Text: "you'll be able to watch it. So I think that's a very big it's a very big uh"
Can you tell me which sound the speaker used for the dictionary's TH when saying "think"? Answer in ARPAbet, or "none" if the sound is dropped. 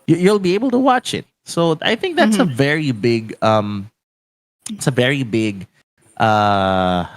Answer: TH